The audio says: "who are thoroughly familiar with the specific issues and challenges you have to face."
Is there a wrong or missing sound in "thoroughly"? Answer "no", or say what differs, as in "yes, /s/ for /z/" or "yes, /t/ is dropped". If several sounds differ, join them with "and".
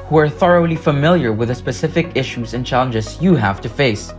no